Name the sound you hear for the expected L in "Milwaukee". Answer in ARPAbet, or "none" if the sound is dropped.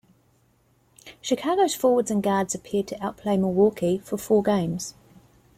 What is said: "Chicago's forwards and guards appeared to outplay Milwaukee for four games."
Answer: none